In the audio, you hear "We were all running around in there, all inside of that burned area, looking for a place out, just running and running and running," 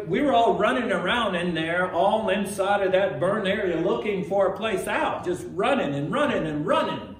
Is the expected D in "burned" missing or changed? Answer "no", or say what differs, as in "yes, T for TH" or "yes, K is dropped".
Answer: yes, D is dropped